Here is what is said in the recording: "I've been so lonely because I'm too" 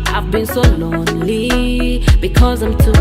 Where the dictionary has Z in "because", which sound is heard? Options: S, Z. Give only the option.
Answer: Z